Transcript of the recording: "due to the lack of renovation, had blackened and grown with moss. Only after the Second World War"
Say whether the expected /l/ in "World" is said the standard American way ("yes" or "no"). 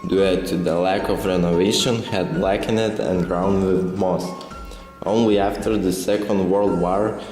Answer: yes